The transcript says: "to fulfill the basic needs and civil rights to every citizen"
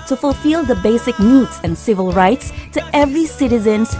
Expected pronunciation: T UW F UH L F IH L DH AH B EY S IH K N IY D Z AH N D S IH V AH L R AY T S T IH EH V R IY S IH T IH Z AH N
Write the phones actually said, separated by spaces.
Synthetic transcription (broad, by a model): T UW F UH L F IH L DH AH B EY S IH K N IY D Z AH N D S IH V AH L R AY T S T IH EH V R IY S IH T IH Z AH N